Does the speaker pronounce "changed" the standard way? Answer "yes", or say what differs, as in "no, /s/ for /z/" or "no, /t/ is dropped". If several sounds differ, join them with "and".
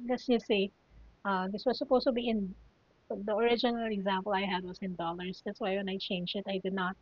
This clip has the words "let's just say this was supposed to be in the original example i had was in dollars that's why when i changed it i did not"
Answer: no, /d/ is dropped